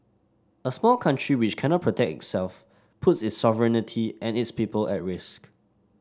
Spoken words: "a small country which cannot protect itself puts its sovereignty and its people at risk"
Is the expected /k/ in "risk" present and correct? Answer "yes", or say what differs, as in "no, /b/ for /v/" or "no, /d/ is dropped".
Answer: yes